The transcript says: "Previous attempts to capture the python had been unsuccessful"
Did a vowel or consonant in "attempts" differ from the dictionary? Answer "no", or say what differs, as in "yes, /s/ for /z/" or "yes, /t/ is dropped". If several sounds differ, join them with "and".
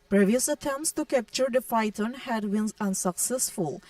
no